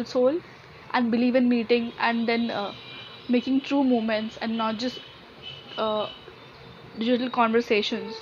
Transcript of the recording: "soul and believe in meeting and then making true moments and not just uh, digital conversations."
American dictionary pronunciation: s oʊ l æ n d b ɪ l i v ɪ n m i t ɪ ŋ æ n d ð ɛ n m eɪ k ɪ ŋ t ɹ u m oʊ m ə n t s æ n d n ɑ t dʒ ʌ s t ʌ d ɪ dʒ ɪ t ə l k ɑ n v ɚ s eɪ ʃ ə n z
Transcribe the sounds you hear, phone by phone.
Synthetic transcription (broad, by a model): s oʊ l æ n d b ɪ l i v ɪ n m i t ɪ ŋ æ n d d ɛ n m eɪ k ɪ ŋ t ɹ u m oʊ m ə n t s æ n d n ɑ t dʒ ʌ s t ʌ d ɪ dʒ ɪ t ə l k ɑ n v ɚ s eɪ ʃ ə n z